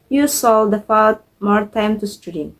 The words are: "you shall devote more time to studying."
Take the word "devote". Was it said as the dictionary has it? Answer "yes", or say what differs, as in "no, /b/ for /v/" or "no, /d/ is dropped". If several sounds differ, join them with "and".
no, /f/ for /v/